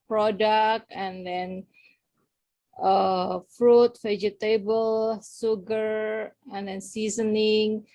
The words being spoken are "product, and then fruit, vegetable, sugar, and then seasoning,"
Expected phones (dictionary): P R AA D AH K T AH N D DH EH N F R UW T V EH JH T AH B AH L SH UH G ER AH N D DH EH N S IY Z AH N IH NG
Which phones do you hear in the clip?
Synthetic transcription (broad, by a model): P R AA D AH K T AH N D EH N F R UW T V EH JH T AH B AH L S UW G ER AH N D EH N S IY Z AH N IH NG